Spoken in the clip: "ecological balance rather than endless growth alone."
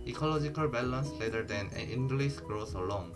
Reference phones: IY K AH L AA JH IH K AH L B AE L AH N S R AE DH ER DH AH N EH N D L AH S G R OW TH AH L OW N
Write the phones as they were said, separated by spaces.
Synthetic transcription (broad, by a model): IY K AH L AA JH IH K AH L B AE L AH N S L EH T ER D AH N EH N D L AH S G R OW S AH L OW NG